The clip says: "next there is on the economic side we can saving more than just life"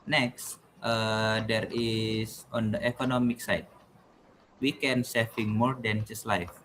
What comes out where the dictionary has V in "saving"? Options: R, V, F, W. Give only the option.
F